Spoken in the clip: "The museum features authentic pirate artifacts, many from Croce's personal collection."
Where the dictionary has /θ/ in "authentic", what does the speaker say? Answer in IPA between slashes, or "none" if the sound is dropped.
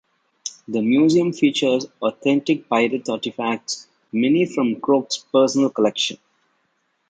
/t/